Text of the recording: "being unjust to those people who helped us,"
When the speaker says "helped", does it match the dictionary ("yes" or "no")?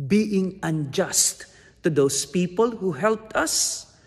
yes